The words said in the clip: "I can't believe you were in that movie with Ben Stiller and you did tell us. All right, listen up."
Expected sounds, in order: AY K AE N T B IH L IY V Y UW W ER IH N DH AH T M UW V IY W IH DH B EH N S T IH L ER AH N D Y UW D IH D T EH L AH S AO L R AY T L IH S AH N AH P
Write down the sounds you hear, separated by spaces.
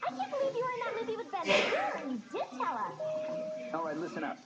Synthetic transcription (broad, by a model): AY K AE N B IH L IY V Y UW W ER IH N DH AH T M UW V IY W IH DH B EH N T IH ER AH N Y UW D IH D T EH L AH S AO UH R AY L IH S AH N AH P